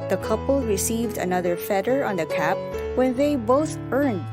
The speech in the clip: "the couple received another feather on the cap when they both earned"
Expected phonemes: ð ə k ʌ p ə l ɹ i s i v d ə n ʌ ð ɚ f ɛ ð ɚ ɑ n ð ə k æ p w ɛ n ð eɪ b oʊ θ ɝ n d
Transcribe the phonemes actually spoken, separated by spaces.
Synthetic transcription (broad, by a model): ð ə k ʌ p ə l ɹ i s i v d ə n ʌ ð ɚ f ɛ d ɚ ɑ n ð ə k æ p w ɛ n ð eɪ b oʊ θ ɝ n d